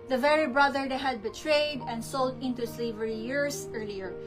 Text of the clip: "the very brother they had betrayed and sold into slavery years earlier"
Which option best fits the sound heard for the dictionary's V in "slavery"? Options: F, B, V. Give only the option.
V